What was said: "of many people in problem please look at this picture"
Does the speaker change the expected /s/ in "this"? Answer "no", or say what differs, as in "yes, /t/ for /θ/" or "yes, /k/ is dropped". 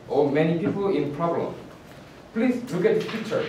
yes, /s/ is dropped